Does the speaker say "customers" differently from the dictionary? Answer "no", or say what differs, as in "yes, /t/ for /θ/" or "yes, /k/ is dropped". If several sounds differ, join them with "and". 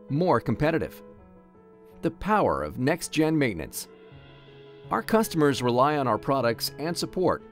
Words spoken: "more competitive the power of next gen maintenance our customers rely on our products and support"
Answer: no